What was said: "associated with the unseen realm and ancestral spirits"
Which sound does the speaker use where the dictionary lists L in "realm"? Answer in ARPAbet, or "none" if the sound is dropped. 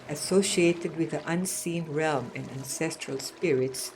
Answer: L